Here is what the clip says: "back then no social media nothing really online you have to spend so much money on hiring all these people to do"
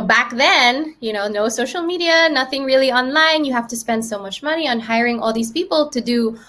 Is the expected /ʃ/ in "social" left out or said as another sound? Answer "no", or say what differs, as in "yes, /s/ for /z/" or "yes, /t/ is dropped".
yes, /s/ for /ʃ/